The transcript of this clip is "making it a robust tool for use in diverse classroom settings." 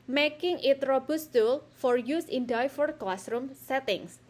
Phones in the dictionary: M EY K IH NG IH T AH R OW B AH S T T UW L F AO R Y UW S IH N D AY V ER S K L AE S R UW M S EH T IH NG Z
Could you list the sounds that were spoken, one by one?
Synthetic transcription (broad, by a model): M EY K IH NG IH T R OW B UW S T T UW L F AO R Y UW S IH N D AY F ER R K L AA S R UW M S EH T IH NG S